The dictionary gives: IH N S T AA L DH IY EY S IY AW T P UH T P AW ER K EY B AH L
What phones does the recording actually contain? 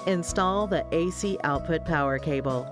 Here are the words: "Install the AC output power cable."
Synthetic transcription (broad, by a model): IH N S T AA L DH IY EY S IY AW T P UH T P AW ER K EY B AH L